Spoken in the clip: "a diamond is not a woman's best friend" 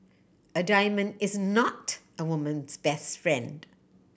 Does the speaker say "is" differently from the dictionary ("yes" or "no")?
no